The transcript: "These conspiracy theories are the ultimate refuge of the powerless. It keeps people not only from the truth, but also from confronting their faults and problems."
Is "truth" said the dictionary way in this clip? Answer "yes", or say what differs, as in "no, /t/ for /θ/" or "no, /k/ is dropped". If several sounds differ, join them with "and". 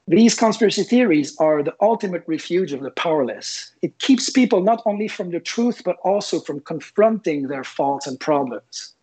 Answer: yes